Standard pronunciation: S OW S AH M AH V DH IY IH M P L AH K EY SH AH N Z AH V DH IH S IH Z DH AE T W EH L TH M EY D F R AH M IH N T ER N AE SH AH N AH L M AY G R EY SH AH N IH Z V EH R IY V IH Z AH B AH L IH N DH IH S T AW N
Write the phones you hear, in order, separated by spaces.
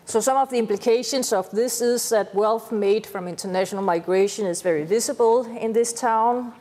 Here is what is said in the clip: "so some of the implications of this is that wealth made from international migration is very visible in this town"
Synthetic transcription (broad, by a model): S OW S AH M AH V DH IY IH M P L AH K EY SH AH N S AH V DH IH S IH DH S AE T W EH L TH M EY D F R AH M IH N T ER N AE SH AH N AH L M AY G R EY SH AH N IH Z V EH R IY V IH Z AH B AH L IH N DH IH S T AW N